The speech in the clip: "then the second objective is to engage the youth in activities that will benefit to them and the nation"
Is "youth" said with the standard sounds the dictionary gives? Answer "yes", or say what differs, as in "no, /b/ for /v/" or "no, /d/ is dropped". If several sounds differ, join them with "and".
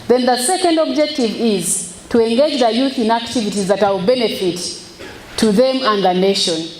yes